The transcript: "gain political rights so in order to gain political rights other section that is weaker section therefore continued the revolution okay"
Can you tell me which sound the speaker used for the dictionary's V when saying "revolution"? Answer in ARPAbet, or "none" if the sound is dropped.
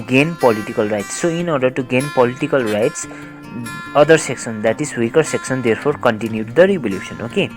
B